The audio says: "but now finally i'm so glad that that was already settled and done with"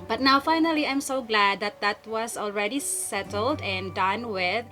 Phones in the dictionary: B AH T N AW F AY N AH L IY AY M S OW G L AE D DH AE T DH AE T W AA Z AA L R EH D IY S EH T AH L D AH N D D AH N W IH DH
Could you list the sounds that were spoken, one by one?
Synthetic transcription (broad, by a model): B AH T N AW F AY N AH L IY AY M S OW G L AE D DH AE T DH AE T W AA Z AA L R EH D IY S EH T AH L D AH N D D AH N W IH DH